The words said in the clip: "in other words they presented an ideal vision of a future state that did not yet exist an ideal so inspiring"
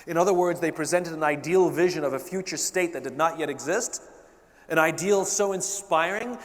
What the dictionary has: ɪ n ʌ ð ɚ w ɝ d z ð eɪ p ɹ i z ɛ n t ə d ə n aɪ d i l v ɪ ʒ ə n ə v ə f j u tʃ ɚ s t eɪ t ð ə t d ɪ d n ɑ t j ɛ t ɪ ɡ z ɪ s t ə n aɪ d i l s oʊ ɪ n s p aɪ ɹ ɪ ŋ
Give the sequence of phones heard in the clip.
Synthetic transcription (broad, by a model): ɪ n ʌ ð ɚ w ɝ d z ð eɪ p ɹ i z ɛ n t ə d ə n aɪ d i l v ɪ ʒ ə n ə v ə f j u tʃ ɚ s t eɪ t ð ə t d ɪ d n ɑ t j ɛ t ɪ ɡ z ɪ s t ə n aɪ d i l s oʊ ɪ n s p aɪ ɹ ɪ ŋ